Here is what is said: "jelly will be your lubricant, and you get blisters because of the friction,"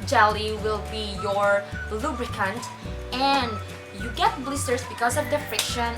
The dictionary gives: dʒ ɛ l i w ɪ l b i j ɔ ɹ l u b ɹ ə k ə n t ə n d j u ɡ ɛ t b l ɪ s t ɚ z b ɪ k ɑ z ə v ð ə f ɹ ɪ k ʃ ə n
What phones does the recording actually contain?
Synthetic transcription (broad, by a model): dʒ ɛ l i w ɪ l b i j ɔ ɹ l u b ɹ ə k ə n t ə n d j u ɡ ɛ t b l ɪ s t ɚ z b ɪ k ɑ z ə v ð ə f ɹ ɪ k ʃ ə n